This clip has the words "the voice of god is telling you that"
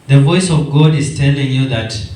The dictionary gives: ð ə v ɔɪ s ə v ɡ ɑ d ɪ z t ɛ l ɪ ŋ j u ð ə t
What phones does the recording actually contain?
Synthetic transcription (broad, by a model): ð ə v ɔɪ s ə v ɡ ɑ d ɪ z t ɛ l ɪ ŋ j u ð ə t